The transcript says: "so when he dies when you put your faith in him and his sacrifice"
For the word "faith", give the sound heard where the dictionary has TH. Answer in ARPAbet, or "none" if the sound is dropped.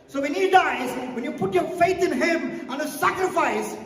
TH